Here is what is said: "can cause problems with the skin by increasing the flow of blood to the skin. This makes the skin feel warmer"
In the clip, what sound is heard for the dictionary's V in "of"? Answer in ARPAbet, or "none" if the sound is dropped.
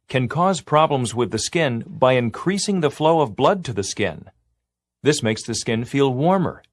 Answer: V